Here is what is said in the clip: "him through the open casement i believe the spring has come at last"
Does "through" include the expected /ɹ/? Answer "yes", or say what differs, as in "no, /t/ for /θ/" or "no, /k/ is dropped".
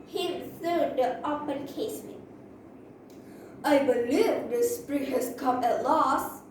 no, /ɹ/ is dropped